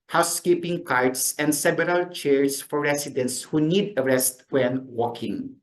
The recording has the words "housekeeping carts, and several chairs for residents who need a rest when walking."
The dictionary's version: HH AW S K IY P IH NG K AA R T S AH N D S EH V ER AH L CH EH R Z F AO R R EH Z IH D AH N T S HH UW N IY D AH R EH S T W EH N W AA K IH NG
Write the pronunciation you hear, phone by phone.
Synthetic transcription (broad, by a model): HH AW S K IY P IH NG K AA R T S AH N D S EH B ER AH L CH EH R S F AO R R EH S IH D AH N T S HH UW N IY D AH R EH S T W EH N W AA K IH NG